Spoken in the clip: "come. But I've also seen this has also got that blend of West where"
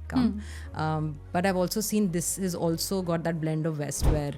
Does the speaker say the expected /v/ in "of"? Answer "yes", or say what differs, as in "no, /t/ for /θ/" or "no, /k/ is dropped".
yes